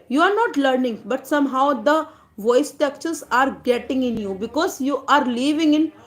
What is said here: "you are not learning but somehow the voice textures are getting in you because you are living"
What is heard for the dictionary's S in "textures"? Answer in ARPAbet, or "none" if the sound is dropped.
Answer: none